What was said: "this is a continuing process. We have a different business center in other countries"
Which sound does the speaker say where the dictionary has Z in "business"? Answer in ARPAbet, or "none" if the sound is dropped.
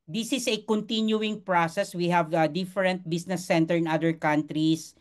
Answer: S